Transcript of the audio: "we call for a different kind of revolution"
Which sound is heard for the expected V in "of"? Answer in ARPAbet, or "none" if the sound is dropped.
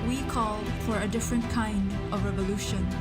V